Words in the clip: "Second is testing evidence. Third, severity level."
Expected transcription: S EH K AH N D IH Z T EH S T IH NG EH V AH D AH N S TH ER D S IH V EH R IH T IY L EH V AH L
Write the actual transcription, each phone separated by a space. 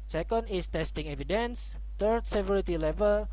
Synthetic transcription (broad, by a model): S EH K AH N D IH S T EH S T IH NG EH V AH D AH N S T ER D S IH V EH R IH T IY L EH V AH L